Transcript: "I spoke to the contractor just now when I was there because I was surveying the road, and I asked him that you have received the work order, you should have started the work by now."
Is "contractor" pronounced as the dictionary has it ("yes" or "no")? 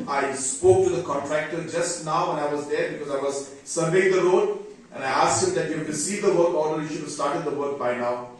yes